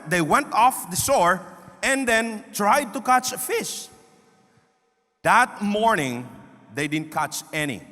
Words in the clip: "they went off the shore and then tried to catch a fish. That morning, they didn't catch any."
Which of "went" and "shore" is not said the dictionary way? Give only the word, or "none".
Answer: shore